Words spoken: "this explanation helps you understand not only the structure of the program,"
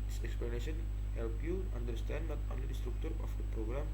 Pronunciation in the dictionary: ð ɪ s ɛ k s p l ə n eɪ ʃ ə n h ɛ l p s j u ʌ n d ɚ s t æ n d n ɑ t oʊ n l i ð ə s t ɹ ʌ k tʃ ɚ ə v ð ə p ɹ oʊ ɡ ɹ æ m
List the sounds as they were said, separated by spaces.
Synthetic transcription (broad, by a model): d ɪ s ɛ k s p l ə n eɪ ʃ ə n h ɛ l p j u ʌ n d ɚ s t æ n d n ɑ t oʊ n l i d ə s t ɹ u k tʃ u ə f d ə p ɹ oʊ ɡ ɹ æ m